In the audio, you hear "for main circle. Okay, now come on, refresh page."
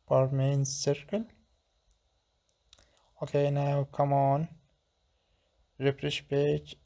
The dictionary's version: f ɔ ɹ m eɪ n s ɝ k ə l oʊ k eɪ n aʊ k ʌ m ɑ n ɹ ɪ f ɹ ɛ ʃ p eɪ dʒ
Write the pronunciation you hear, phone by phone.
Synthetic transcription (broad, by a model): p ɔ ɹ m eɪ n s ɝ k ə l oʊ k eɪ n aʊ k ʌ m ɑ n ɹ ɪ p ɹ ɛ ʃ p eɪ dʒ